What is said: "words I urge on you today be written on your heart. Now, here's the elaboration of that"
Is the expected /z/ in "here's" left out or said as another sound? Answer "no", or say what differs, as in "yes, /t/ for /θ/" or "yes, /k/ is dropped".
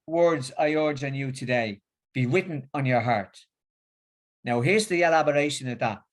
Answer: no